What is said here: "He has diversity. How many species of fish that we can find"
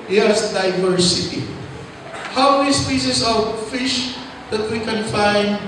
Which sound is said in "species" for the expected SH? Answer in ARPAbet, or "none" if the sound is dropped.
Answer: S